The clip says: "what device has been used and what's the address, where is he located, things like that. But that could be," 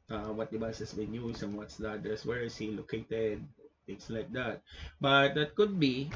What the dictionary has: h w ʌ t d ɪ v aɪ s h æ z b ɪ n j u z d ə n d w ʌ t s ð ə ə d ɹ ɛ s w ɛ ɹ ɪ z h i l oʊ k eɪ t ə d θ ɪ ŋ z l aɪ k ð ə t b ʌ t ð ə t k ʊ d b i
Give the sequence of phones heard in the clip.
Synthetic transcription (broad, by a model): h w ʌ t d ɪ b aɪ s h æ s b ɪ n j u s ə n w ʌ t s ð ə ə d ɛ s w ɛ ɹ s h i l oʊ k eɪ t ə d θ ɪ ŋ s l aɪ k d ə t b ʌ t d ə t k ʊ d b i